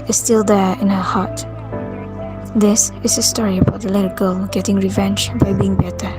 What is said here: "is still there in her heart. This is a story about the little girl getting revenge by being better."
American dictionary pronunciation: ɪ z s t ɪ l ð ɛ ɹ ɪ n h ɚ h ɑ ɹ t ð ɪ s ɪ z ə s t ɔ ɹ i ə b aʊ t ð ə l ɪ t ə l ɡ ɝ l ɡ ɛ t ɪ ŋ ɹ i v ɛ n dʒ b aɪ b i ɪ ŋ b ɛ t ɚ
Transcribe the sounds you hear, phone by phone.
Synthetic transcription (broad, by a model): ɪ s t ɪ l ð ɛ ɪ n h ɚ h ɑ t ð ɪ s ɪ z ə s t ɔ ɹ i ə b aʊ t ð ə l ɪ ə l ɡ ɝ l ɡ ɛ t ɪ ŋ ɹ i v ɛ n dʒ b aɪ b i ɪ ŋ b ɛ t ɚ